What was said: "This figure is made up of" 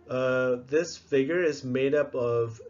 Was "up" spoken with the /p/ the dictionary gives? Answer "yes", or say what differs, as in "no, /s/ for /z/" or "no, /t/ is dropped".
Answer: yes